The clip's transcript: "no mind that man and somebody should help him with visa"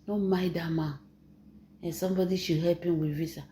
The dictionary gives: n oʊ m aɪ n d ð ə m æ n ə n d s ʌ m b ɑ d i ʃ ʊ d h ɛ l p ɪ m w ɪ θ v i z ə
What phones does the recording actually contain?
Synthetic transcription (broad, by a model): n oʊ m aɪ d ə m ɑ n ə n s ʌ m b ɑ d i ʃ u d h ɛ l p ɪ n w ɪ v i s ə